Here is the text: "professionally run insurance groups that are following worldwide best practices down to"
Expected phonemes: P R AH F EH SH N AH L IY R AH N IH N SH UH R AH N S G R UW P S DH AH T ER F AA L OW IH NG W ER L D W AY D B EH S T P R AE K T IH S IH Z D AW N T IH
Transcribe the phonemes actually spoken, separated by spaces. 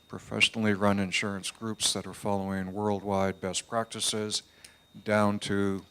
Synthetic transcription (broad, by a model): P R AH F EH SH N L IY R AH N IH N SH UH R AH N S G R UW P S DH AH T ER F AA L OW IH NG W ER L D W AY D B EH S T P R AE K T IH S IH Z D AW N T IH